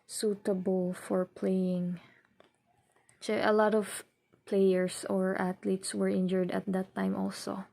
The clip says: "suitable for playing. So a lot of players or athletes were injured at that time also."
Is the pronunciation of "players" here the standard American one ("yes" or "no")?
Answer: no